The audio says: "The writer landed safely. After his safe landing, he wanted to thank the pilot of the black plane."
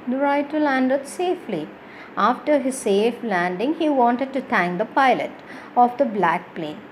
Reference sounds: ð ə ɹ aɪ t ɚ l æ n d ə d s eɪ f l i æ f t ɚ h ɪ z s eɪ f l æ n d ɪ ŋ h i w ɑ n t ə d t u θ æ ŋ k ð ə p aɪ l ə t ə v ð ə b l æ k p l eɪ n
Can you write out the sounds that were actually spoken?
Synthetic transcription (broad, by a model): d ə ɹ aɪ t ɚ l æ n d ə d s eɪ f l i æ f t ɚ h ɪ z s eɪ f l æ n d ɪ ŋ h i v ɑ n t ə d t u t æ ŋ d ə p aɪ l ə t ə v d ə b l æ k p l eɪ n